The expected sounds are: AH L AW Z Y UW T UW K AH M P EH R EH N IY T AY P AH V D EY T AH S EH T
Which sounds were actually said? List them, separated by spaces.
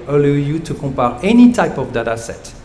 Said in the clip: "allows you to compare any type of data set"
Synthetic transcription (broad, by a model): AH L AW Y UW T UW K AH P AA R EH N IY T AY P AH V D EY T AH S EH T